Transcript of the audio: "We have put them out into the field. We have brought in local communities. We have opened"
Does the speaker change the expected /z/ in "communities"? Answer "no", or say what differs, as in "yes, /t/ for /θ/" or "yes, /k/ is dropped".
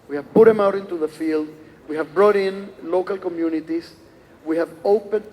yes, /s/ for /z/